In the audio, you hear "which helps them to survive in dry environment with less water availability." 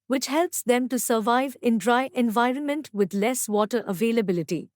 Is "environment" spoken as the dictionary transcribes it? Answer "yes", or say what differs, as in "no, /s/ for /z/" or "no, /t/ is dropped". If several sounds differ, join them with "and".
yes